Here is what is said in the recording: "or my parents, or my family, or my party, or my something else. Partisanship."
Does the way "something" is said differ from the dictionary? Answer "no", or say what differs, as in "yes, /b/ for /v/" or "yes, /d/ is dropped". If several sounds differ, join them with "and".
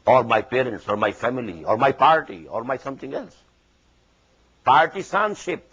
yes, /t/ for /θ/